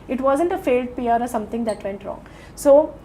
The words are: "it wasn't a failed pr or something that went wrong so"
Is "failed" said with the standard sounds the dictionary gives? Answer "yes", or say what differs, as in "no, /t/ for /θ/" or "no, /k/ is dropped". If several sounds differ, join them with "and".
yes